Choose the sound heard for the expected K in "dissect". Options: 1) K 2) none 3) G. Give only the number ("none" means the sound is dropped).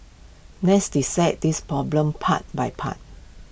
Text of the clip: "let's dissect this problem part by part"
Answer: 2